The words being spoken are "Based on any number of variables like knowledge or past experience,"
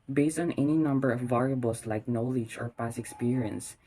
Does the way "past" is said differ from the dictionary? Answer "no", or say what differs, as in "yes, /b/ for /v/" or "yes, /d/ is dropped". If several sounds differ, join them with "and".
yes, /t/ is dropped